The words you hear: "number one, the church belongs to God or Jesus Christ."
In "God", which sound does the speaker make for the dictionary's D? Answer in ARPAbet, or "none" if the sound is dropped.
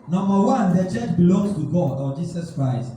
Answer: D